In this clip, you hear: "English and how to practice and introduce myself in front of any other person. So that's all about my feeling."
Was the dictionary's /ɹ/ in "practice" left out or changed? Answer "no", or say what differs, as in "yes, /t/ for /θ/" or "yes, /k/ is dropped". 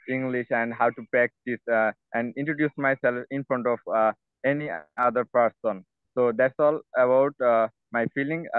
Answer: yes, /ɹ/ is dropped